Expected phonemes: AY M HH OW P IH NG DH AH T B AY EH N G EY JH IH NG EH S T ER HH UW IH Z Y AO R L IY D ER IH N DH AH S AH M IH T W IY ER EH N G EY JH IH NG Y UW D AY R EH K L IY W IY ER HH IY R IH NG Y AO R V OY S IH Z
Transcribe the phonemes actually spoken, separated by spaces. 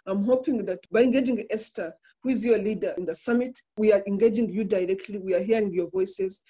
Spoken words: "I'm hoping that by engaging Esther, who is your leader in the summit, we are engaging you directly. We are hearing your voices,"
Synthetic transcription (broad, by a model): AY M HH OW P IH NG DH AH T B AY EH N G EY JH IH NG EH S T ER HH UW IH Z Y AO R L IY D ER IH N DH AH S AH M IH T W IY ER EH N G EY JH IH NG Y UW D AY R EH K L IY W IY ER HH IY R IH NG Y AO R V OY S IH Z